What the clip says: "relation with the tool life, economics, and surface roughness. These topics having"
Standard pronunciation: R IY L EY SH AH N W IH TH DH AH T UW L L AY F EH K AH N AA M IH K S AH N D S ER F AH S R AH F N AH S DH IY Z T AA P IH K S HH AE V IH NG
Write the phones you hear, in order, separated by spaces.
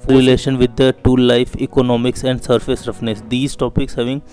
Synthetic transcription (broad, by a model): R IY L EY SH AH N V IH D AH T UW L L AY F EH K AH N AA M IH K S AH N D S ER F AH S R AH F N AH S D IY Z T AA P IH K S HH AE V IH NG